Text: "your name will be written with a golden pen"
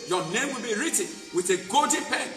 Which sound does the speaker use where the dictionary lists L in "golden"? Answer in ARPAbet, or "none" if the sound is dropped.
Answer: none